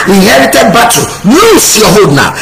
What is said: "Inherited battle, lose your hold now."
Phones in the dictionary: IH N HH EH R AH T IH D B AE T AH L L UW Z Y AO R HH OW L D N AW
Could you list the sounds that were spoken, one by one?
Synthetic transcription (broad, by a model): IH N HH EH R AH T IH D B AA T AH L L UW S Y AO HH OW D N AW